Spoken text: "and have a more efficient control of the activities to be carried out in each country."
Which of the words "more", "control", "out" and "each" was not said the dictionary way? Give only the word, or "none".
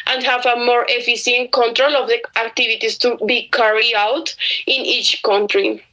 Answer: none